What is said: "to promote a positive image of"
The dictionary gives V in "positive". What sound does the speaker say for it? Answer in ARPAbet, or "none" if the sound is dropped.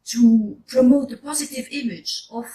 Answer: V